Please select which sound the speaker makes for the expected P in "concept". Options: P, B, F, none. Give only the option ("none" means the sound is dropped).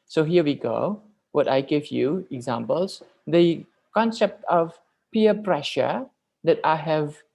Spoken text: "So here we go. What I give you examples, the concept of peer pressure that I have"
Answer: P